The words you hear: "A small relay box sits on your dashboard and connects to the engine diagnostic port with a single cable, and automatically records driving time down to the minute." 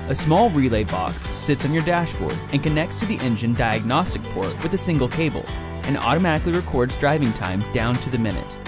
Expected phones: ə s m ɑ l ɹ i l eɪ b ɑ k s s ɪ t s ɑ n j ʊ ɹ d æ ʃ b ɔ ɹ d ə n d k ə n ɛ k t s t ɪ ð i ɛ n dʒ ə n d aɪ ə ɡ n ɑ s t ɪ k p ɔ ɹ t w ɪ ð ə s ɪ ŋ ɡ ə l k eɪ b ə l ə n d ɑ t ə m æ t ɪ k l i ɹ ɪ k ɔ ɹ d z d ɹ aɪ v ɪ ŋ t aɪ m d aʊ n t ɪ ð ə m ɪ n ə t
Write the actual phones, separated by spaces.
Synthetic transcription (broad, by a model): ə s m ɑ l ɹ i l eɪ b ɑ k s s ɪ t s n j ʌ ɹ d æ ʃ b ɔ ɹ d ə n k ə n ɛ k t s t ɪ ð i ɛ n dʒ ə n d aɪ ə ɡ n ɑ s t ɪ k p ɔ ɹ t w ɪ ð ə s ɪ ŋ ɡ l k eɪ b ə l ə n ɑ t ə m æ t ɪ k l i ɹ ɪ k ɔ ɹ d z d ɹ aɪ v ɪ ŋ t aɪ m d aʊ n t ɪ ð ə m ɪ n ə t